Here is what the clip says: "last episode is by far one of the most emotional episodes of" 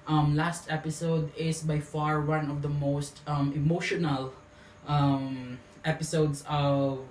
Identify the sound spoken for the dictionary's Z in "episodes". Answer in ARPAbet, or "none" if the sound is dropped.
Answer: S